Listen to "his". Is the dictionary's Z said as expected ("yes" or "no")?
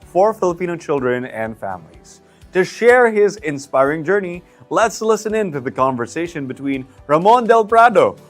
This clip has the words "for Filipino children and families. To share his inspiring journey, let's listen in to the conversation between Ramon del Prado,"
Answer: yes